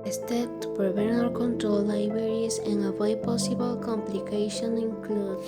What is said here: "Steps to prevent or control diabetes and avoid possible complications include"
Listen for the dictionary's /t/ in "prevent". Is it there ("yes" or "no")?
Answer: no